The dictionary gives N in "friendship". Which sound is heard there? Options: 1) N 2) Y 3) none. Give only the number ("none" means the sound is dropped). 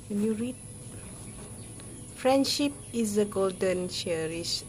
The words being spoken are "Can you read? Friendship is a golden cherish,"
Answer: 1